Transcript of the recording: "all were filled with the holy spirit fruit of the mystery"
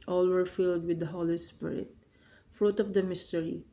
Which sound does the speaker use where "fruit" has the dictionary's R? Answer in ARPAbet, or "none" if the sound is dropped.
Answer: R